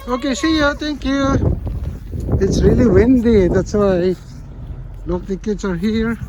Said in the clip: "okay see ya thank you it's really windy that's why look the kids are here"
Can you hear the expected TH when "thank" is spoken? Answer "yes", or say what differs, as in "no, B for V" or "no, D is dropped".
no, T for TH